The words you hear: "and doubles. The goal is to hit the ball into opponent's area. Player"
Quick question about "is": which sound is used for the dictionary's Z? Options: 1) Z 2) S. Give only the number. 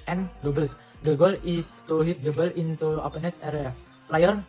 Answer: 2